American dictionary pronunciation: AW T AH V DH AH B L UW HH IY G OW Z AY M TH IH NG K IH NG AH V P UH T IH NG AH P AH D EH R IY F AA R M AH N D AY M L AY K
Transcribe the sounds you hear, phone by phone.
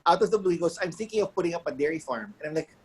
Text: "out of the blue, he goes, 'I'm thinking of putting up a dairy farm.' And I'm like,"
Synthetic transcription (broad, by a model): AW T AH V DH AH B L UW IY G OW S AY M TH IH NG K IH NG AH V P UH T IH NG AH P AH D EH R IY F AA R M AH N AY M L AY K